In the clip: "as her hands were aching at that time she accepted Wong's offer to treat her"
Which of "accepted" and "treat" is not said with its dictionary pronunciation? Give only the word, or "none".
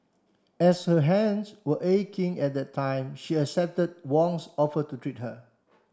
accepted